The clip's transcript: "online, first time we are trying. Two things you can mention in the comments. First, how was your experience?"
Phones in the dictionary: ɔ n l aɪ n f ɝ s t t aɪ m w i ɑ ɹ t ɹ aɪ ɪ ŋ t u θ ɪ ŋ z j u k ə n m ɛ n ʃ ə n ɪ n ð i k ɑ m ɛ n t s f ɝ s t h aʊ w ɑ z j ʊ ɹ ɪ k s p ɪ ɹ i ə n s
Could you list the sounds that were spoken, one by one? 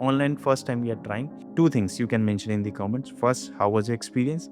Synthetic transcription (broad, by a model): ɔ n l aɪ n f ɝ s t t aɪ m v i ɑ ɹ t ɹ aɪ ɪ ŋ t u t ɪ ŋ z j u k ə n m ɛ n ʃ ə n ɪ n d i k ɑ m ɛ n t s f ɝ s t h aʊ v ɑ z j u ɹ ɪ k s p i ɹ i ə n s